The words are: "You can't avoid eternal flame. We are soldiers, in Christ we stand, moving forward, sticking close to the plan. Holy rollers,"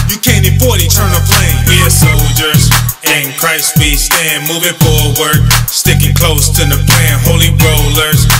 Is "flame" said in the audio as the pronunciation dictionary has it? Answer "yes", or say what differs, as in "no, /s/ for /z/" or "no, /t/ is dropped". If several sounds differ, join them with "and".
no, /p/ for /f/